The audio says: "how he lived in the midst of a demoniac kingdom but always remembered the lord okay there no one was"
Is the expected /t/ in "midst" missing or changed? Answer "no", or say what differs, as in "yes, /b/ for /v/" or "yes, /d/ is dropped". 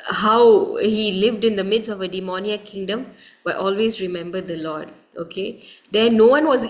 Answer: yes, /t/ is dropped